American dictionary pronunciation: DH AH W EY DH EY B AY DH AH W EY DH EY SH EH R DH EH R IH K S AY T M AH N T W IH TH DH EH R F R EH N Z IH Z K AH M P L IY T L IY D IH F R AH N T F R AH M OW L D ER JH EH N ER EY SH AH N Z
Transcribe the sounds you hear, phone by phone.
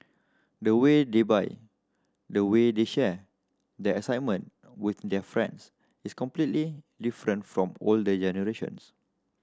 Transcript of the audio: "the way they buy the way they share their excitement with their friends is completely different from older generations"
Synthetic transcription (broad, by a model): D AH W EY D EY B AY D AH W EY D EY SH EH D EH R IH S AY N M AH N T W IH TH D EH F R EH N S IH S K AH M P L IY T L IY D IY F R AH N T F R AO M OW L D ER JH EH N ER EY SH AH N S